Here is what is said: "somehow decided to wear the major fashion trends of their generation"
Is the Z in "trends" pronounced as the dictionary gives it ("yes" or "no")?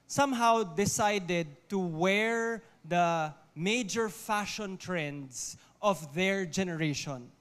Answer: no